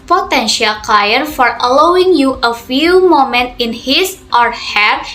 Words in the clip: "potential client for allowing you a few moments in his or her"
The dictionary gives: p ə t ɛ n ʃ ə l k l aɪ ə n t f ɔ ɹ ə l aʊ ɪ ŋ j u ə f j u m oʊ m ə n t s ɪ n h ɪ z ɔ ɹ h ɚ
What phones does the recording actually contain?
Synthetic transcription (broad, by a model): p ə t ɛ n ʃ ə l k aɪ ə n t f ɔ ɹ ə l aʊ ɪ ŋ j u ə f j u m oʊ m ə n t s ɪ n h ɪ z ɔ ɹ h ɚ